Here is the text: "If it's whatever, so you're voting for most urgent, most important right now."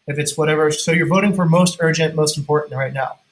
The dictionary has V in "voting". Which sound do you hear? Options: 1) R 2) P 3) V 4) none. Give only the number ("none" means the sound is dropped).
3